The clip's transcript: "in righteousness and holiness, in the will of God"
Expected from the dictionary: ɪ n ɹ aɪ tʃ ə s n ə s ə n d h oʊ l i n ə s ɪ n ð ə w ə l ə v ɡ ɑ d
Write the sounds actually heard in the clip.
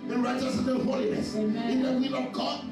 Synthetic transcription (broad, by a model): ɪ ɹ aɪ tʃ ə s ə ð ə h oʊ l i n ə s ɪ n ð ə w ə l ə v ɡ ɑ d